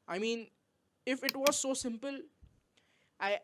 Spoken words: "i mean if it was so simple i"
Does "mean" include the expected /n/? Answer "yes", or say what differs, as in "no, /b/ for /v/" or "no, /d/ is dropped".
yes